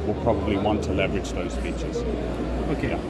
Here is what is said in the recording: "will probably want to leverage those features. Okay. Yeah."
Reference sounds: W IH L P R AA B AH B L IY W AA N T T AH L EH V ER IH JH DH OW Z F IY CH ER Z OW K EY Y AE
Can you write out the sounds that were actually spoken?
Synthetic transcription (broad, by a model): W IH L P R AA B AH B L IY W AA N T T AH L EH V ER IH JH DH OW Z P IY CH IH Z OW K EY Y